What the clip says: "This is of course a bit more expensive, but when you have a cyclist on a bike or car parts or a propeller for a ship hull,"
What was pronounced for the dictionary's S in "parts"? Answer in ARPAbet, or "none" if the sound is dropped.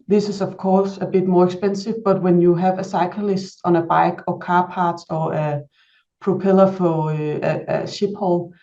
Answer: none